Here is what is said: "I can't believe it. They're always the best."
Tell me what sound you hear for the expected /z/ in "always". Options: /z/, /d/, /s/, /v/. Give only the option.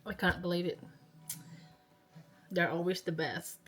/z/